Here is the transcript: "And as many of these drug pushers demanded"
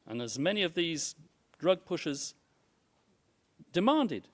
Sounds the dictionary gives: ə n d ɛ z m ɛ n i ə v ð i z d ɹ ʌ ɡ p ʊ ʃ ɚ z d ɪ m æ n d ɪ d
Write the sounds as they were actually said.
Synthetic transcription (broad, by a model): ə n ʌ z m ɛ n i ə v ð i z d ɹ ʌ ɡ p ʊ ʃ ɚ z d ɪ m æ n d ɪ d